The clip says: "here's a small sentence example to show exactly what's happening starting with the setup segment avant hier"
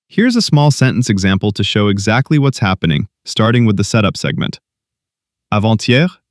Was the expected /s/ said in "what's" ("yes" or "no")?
yes